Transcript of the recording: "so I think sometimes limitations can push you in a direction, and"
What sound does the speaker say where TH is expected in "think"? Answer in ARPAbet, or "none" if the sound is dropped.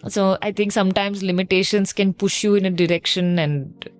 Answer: T